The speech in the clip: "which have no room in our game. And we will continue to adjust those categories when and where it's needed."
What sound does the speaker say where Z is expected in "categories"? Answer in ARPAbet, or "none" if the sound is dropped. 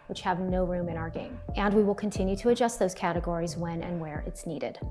Z